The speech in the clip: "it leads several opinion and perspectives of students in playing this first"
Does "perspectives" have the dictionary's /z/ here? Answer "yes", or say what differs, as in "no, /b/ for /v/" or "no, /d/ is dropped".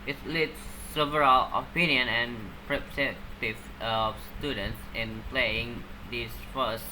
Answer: no, /z/ is dropped